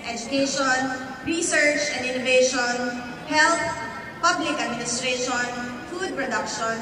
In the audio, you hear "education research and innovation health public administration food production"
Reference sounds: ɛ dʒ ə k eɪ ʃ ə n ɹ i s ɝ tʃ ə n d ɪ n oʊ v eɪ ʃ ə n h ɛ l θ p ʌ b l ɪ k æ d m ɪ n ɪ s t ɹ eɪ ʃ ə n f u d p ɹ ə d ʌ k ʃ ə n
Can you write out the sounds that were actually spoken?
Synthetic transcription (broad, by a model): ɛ dʒ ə k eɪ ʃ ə n ɹ i s ɝ tʃ ə n d ɪ n oʊ v eɪ ʃ ə n h ɛ l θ p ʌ b l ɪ k æ d m ɪ n ɪ s t ɹ eɪ ʃ ə n f u d p ɹ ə d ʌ k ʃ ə n